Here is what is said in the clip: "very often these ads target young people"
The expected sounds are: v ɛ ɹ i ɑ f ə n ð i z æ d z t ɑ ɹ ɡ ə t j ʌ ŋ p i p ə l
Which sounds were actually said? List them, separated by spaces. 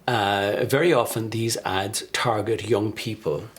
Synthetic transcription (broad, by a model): v ɛ ɹ i ɑ f ə n ð i z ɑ d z t ɑ ɹ ɡ ə t j ʌ ŋ p i p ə l